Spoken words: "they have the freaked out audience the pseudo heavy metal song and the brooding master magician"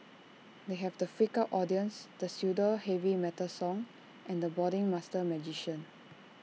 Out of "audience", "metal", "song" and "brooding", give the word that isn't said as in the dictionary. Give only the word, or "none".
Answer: brooding